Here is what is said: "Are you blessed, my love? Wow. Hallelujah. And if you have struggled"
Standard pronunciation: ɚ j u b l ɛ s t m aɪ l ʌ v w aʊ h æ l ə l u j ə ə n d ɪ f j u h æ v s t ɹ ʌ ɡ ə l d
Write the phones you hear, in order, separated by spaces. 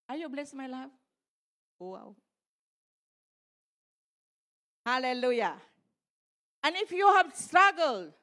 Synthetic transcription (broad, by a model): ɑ j u b l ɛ s m aɪ l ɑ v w aʊ h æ l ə l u j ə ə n ɪ f j u h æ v s t ɹ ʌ ɡ ə l d